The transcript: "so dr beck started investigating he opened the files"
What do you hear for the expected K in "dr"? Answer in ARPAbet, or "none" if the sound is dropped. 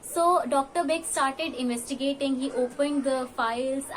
K